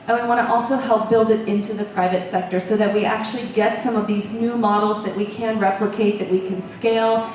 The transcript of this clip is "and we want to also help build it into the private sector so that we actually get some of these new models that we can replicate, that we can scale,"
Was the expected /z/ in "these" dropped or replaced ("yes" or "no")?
no